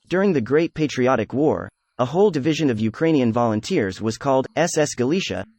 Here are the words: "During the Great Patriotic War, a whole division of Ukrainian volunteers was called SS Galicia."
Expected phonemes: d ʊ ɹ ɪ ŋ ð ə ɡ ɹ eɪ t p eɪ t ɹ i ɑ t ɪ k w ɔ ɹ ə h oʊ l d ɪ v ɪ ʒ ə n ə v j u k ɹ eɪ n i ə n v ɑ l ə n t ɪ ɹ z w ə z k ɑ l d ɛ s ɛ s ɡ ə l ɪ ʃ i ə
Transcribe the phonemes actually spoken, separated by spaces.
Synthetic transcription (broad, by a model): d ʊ ɹ ɪ ŋ ð ə ɡ ɹ eɪ t p eɪ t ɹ i ɑ t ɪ k w ɔ ɹ ə h oʊ l d ɪ v ɪ ʒ ə n ə v j u k ɹ eɪ n i ə n v ɑ l ə n t ɪ ɹ z w ə z k ɑ l d ɛ s ɛ s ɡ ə l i ʃ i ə